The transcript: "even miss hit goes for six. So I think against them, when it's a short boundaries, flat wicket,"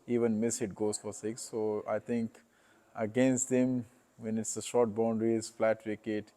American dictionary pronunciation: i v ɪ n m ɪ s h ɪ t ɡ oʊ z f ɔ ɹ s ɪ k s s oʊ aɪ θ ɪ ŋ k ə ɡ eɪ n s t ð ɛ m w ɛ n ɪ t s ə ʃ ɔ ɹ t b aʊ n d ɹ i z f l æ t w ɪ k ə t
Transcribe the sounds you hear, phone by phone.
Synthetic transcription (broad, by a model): i v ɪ n m ɪ s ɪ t ɡ oʊ z f ɔ ɹ s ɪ k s s oʊ aɪ t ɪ ŋ k ə ɡ eɪ n s t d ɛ m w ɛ n ɪ t s ə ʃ ɔ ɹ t b aʊ n d ɹ i z f l æ t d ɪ k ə t